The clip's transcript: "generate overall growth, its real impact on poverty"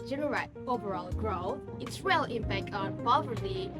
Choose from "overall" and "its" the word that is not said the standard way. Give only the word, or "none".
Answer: none